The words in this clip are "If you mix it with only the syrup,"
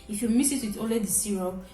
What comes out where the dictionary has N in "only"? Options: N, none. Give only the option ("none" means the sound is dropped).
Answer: none